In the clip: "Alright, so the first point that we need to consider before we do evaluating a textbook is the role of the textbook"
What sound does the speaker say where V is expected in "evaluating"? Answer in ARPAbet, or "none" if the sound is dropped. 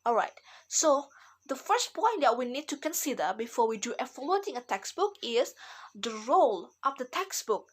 F